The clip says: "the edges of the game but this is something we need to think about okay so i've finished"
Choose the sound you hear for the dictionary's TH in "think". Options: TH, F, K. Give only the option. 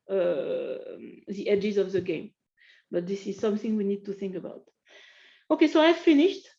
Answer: TH